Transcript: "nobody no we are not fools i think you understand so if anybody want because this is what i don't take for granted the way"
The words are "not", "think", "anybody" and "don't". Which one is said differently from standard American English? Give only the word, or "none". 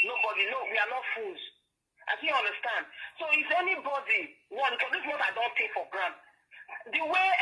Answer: think